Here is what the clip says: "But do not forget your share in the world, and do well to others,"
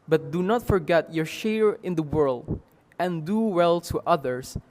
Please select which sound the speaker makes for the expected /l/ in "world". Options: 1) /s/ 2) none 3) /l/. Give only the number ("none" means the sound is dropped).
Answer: 3